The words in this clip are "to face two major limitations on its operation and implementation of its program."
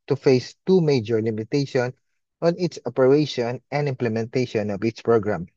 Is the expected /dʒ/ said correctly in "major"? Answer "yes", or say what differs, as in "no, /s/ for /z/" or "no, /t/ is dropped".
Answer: yes